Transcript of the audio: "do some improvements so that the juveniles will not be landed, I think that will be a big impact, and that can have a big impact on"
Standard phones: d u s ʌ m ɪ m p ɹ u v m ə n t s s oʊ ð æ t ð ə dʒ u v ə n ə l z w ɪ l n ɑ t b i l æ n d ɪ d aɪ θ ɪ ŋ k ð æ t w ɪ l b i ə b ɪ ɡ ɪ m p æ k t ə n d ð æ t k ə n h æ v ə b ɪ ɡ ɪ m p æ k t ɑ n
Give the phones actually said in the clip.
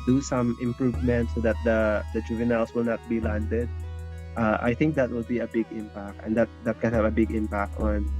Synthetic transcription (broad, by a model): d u s ʌ m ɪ m p ɹ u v m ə n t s s oʊ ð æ t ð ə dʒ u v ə n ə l s w ɪ l n ɑ t b i l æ n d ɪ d aɪ θ ɪ ŋ k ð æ t w ɪ l b i ə b ɪ ɡ ɪ m p æ k t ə n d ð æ t k ə n h æ v ə b ɪ ɡ ɪ m p æ k t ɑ n